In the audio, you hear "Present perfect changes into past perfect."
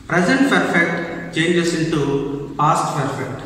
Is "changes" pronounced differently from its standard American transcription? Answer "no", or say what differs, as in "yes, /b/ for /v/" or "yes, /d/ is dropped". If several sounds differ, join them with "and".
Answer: yes, /s/ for /z/